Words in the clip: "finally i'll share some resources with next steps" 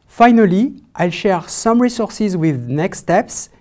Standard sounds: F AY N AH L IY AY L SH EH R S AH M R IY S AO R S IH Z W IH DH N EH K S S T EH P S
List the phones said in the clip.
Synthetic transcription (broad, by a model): F AY N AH L IY AY L SH EH R S AH M R IY S AO R S IH Z W IH DH N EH K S S T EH P S